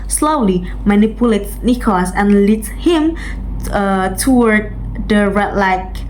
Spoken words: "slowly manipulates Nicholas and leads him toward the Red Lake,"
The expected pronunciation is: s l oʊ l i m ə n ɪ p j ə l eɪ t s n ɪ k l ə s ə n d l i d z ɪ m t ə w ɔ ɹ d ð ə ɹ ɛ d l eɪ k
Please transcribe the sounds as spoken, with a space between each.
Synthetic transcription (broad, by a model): s l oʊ l i m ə n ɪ p j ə l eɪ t n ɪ k ə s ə n l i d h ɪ m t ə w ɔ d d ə ɹ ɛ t l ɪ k